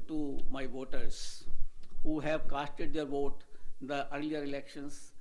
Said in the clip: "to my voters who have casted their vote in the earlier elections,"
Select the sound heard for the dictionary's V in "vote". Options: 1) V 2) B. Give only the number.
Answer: 1